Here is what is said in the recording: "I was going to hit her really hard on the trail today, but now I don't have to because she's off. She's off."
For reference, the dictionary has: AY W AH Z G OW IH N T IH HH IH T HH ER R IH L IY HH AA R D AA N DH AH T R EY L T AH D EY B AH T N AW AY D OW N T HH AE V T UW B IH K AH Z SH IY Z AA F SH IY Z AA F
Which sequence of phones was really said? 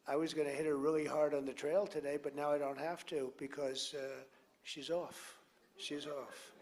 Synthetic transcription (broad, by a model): AY W AH Z G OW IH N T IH HH IH T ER R IH L IY HH AA R D N DH AH T R EY L T AH D EY B AH T N AW AY D OW N T HH AE F T UW B IH K AH Z SH IY Z AA F SH IY Z AA F